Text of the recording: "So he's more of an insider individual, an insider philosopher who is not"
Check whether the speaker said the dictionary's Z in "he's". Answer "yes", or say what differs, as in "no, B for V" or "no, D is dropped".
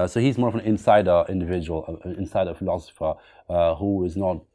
yes